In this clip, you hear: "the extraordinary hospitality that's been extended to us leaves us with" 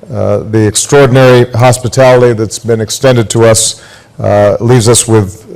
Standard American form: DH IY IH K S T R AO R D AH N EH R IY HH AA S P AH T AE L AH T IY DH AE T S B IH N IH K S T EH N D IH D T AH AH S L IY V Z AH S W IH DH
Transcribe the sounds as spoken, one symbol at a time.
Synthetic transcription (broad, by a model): DH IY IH K S T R AO R D N EH R IY HH AA S P AH T AE L AH T IY DH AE T S B IH N IH K S T EH N D IH D T AH AH S L IY V Z AH S W IH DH